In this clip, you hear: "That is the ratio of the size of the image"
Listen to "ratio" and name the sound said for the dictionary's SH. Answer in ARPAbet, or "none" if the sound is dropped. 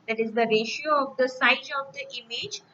SH